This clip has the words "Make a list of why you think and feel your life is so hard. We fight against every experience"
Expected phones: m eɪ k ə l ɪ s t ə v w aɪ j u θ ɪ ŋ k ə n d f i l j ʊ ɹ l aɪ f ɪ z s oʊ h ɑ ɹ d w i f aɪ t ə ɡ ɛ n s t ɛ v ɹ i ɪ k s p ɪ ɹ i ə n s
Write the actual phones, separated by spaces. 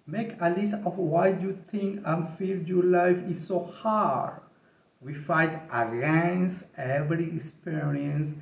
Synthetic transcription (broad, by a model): m eɪ k ə l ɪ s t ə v w aɪ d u t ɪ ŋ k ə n f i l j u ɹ l aɪ f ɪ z s oʊ h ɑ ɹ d w i f aɪ t ə ɡ ɛ n s t ɛ v ɹ i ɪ k s p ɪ ɹ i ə n s